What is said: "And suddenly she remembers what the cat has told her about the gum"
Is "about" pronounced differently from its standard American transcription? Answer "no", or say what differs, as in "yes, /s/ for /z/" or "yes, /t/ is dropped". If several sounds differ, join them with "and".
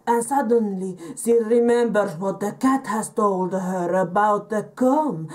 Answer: no